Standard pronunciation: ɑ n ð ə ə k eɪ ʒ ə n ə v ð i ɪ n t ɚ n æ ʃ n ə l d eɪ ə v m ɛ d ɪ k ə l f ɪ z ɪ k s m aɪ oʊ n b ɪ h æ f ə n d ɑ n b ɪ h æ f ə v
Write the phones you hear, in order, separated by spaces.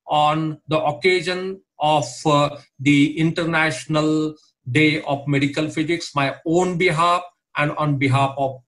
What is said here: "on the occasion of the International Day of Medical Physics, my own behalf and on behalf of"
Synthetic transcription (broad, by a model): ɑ n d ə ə k eɪ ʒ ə n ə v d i ɪ n t ɚ n æ ʃ n ə l d eɪ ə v m ɛ d ɪ k ə l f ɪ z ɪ k s m aɪ oʊ n b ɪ h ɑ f ə n d ɑ n b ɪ h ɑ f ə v